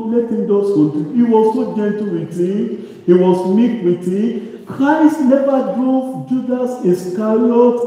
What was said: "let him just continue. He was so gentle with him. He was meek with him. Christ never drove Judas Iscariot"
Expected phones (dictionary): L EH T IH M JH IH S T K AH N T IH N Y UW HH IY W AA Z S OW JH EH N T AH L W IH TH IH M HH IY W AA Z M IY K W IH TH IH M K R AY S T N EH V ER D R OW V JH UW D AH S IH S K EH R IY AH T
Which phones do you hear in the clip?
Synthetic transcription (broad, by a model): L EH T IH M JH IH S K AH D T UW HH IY W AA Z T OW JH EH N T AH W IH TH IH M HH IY W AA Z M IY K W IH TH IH K R AY S T N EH V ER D R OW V JH UW D AH S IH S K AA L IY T